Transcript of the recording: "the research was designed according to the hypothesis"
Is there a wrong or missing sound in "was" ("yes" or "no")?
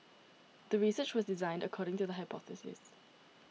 no